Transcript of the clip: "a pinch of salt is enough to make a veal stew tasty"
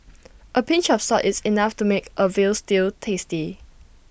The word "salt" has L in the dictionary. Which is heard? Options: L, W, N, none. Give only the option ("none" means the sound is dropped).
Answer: none